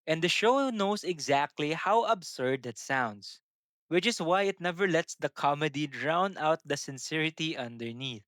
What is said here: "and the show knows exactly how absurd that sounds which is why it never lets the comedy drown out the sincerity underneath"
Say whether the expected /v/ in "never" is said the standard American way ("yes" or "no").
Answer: yes